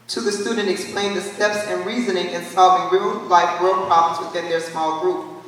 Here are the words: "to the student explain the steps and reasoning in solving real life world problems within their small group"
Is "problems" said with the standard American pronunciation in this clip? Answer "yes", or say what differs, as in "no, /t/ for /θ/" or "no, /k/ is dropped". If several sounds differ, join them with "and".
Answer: yes